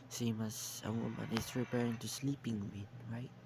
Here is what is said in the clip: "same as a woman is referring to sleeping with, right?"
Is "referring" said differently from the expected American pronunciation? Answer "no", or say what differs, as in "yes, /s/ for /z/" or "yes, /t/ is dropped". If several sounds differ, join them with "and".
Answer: yes, /p/ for /f/